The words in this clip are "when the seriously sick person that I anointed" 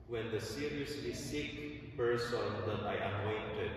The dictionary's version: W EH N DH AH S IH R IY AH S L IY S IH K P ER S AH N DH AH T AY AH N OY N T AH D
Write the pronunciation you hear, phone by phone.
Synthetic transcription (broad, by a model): W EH N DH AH S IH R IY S IY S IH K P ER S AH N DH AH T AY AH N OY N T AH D